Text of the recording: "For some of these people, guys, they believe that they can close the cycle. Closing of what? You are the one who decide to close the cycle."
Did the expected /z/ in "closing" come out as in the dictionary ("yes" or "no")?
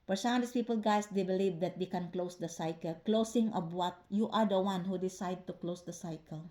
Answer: no